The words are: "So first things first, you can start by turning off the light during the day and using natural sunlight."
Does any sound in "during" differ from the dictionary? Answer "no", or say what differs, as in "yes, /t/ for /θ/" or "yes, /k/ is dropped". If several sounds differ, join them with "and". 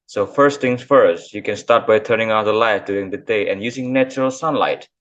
yes, /ɹ/ is dropped